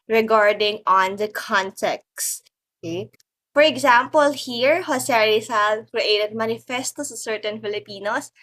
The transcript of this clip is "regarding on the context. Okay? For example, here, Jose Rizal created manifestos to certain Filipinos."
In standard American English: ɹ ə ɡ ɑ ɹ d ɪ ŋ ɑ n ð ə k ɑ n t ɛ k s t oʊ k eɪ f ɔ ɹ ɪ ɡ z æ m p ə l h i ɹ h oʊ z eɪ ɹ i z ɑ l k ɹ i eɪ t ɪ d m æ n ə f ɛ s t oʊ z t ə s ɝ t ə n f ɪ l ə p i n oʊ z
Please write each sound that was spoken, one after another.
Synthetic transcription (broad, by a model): ɹ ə ɡ ɑ ɹ d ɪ ŋ ɑ n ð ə k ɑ n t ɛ k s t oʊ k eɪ f ɔ ɹ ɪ ɡ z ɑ m p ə l h i ɹ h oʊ s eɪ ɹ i s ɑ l k ɹ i eɪ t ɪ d m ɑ n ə f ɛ s t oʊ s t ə s ɝ t ə n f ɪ l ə p i n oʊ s